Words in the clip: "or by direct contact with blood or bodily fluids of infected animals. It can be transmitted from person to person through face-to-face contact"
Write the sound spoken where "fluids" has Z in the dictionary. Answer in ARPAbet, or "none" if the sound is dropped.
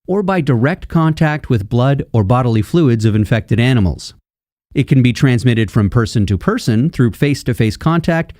Z